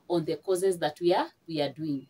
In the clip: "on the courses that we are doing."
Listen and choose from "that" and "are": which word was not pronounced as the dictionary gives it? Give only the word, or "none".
are